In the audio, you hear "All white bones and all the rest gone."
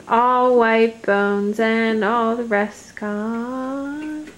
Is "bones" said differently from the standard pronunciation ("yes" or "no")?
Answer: no